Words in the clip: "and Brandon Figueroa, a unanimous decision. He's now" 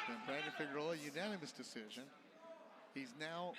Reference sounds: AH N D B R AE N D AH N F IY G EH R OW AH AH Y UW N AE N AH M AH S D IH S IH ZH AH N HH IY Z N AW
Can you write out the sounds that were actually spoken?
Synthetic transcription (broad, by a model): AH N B R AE D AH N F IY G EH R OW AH AH Y UW N AE N AH M AH S D IH S IH ZH AH N HH IY Z N AW